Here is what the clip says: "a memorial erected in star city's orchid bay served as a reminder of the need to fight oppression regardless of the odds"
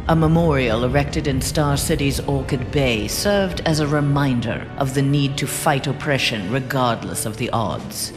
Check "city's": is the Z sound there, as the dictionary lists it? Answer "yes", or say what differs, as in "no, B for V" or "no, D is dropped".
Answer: yes